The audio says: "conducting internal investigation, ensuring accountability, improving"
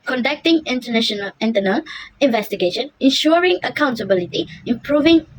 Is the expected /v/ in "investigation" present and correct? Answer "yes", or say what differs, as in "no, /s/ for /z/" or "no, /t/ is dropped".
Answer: yes